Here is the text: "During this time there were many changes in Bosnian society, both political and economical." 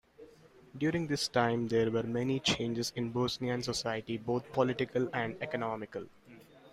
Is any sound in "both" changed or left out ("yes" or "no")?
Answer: yes